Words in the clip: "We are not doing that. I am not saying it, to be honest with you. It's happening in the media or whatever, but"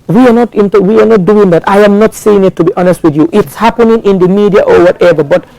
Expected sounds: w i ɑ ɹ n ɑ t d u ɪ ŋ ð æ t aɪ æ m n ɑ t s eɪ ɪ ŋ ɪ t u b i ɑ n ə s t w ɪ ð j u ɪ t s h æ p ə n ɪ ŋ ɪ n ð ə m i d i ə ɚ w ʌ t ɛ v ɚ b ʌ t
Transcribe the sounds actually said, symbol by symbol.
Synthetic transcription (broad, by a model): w i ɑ w n ɑ t d u ɪ ŋ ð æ t aɪ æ m n ɑ t s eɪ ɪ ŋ ɪ t u b i ɑ n ə s t w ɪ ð j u ɪ t s h æ p ə n ɪ ŋ ɪ n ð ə m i d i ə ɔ w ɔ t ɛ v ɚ b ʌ t